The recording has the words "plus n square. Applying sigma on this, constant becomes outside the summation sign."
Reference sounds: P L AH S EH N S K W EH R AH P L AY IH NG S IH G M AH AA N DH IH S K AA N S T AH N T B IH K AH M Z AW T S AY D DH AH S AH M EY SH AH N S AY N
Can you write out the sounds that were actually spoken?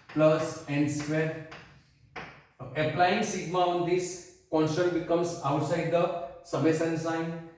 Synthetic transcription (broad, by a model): P L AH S EH N S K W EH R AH P L AY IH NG S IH G M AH AA N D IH S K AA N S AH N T B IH K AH M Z AW T S AY D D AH S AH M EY S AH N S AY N